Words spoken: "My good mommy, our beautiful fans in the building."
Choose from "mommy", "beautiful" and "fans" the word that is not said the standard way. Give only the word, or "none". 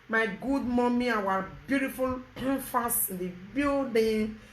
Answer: fans